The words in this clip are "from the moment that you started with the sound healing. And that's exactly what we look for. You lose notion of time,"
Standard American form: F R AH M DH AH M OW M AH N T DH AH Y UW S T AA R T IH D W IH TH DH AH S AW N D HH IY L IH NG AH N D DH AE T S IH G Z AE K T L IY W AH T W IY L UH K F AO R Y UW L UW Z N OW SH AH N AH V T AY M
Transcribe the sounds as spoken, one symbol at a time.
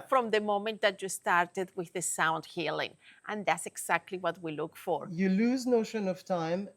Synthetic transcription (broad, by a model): F R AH M DH AH M OW M AH N T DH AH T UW S T AA R T IH D W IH DH AH S AW N D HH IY L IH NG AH N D DH AE T S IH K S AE K T L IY W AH T W IY L UH K F AO R Y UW L UW Z N OW SH AH N AH V T AY M